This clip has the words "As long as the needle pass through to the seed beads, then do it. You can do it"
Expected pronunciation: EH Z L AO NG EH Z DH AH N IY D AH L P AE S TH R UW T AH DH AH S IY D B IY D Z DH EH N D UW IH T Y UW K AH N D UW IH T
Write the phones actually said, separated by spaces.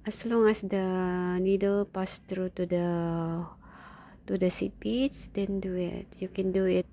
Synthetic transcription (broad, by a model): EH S L AO NG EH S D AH N IY D AH L P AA S T R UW T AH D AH S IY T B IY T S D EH N D UW IH T Y UW K AH N D UW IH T